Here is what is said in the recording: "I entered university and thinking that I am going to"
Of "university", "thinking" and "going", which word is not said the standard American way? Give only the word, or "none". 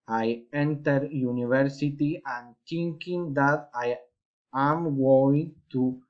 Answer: thinking